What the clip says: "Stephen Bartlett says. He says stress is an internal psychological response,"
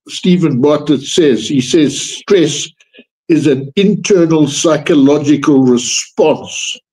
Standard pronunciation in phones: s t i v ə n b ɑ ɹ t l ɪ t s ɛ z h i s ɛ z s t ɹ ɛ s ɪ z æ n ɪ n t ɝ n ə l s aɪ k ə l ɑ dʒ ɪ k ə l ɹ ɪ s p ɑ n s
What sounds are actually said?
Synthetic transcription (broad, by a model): s t i v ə n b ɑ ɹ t ɪ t s ɛ z h i s ɛ z s t ɹ ɛ s ɪ z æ n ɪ n t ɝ n ə l s aɪ k ə l ɑ dʒ ɪ k ə l ɹ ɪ s p ɑ n s